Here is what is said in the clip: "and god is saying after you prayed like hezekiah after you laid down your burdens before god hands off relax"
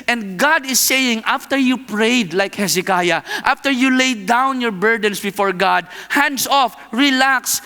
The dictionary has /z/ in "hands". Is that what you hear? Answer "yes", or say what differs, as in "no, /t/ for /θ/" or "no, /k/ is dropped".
no, /s/ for /z/